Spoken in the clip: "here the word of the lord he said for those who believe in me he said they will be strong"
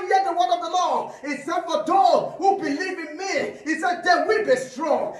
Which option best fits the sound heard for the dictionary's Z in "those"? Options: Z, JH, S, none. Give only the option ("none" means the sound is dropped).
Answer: none